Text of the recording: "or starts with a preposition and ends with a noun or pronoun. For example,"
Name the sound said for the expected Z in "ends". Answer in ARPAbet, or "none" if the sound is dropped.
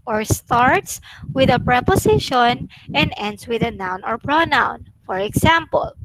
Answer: S